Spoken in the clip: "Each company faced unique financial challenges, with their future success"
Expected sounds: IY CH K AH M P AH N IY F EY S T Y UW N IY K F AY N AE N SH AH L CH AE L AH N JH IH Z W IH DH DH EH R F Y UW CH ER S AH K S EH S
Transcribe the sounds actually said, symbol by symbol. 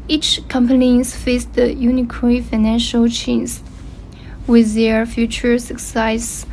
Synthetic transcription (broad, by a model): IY CH K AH M P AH N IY F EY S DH Y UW N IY K F AY N AE N SH AH L CH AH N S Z W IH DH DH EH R F Y UW CH ER S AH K S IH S